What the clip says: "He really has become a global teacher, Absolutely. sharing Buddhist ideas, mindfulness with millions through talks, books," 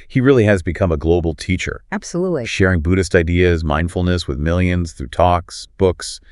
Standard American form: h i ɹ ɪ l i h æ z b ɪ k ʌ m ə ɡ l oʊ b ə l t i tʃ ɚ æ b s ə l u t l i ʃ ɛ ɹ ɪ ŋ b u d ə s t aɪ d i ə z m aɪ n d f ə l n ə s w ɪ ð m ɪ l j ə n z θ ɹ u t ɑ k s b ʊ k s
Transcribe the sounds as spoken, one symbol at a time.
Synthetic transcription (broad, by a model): h i ɹ ɪ l i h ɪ z b ɪ k ʌ m ə ɡ l oʊ b l t i tʃ ɚ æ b s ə l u t l i ʃ ɛ ɹ ɪ ŋ b u d ə s t aɪ d i ə z m aɪ n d f l n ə s w ɪ ð m ɪ l j ə n z θ ɹ u t ɑ k s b ʊ k s